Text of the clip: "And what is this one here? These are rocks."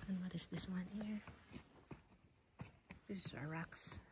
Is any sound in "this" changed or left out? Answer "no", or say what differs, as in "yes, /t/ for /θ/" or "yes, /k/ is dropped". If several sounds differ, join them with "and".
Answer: no